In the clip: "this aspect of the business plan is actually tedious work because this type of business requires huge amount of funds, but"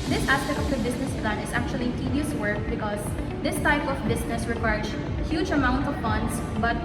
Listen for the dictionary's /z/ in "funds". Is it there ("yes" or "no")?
no